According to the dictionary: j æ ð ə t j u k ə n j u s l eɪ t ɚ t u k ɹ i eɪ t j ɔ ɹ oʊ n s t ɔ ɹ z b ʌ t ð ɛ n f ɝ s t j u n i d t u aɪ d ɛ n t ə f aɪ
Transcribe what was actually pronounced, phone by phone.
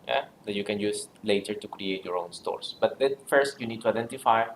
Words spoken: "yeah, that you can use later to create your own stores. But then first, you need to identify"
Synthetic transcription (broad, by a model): j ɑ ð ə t j u k ə n j u s l eɪ t ɚ t u k ɹ i eɪ t j ɔ ɹ oʊ n s t ɔ ɹ s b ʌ t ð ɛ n f ɝ s t j u n i d t u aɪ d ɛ n t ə f aɪ